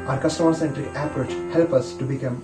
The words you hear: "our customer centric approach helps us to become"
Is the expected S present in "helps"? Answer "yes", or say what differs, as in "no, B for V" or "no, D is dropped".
no, S is dropped